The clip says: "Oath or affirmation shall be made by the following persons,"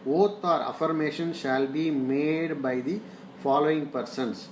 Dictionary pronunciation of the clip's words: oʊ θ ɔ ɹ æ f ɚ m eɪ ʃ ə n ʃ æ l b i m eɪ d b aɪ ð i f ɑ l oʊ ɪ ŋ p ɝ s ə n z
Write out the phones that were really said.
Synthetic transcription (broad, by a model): oʊ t ɔ ɹ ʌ f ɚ m eɪ ʃ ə n ʃ æ l b i m eɪ d b aɪ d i f ɑ l oʊ ɪ ŋ p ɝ s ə n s